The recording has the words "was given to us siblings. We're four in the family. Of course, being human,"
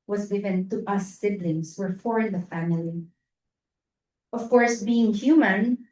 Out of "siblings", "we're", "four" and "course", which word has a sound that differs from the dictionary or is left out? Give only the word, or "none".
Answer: siblings